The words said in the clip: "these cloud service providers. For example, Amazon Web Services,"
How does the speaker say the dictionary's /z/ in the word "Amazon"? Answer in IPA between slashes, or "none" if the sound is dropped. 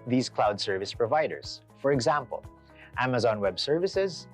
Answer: /z/